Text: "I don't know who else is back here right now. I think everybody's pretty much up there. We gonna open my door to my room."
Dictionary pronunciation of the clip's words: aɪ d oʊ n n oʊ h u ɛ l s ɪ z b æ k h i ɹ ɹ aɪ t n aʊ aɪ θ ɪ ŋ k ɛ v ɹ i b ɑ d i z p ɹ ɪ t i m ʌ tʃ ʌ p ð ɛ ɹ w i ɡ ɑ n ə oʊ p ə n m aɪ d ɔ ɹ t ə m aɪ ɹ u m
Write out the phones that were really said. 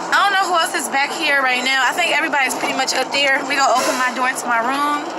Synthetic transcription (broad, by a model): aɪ d oʊ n n oʊ h u ɛ l s ɪ z b æ k h i ɹ ɹ aɪ t n aʊ aɪ θ ɪ ŋ k ɛ v ɹ i b ɑ d i z p ɹ ɪ t i m ʌ tʃ ʌ p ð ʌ ɹ w i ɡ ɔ ə oʊ p ə n m aɪ d ɔ ɹ t ə m aɪ ɹ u m